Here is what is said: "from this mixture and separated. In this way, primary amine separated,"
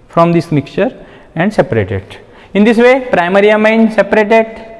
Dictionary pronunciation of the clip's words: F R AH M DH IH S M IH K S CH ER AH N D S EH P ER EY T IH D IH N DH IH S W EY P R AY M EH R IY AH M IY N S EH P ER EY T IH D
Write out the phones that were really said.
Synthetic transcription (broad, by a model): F R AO M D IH S M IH K CH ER AH N D S EH P ER EY T IH D IH N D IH S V EY P R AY M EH R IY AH M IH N S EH P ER EY T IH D